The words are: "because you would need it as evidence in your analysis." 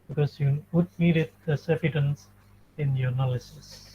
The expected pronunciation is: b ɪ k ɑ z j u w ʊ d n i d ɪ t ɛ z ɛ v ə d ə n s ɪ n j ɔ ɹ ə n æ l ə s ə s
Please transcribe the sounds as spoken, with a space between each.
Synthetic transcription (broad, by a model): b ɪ k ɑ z j u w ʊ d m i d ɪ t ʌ s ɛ f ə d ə n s ɪ n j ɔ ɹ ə n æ l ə s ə s